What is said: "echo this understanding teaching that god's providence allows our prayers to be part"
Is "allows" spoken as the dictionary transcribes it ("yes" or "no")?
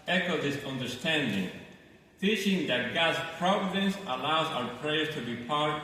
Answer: yes